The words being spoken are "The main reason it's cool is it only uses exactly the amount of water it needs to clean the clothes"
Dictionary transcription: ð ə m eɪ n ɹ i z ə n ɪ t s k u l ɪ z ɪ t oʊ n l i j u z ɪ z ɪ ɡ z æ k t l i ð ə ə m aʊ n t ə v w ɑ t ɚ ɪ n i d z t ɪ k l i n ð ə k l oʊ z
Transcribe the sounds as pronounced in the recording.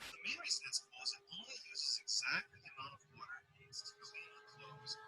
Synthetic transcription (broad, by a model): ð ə m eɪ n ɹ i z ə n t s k ɪ z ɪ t oʊ n l i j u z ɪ z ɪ ɡ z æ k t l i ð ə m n ə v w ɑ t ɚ ɪ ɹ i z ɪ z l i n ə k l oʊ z